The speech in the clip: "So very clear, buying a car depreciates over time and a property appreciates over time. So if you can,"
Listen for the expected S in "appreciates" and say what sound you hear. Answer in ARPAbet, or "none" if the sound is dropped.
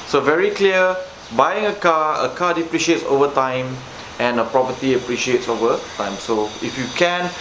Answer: S